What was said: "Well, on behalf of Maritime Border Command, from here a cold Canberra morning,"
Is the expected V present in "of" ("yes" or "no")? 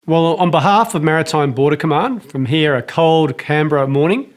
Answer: yes